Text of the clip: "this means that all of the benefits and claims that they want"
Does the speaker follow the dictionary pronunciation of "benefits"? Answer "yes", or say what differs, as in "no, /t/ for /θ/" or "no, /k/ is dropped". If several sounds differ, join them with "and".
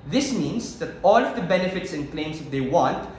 yes